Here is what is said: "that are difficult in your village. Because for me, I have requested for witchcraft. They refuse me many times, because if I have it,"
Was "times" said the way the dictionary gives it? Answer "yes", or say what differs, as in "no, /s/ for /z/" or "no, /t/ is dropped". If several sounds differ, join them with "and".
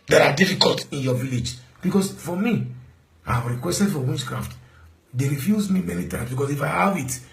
no, /s/ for /z/